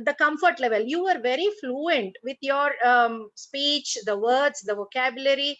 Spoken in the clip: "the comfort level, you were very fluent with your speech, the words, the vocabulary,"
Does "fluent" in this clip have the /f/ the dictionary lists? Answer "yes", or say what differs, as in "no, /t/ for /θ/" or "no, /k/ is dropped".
yes